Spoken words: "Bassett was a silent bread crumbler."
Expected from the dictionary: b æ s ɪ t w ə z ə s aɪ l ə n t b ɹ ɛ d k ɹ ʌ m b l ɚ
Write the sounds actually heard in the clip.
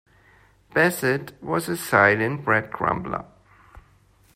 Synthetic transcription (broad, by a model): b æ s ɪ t w ə z ə s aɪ n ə n b ɹ ɛ d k ɹ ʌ m b l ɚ